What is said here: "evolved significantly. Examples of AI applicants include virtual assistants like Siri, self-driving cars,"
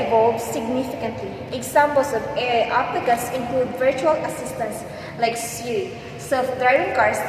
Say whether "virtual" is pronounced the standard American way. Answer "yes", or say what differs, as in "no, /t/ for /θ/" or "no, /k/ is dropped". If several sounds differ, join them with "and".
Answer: yes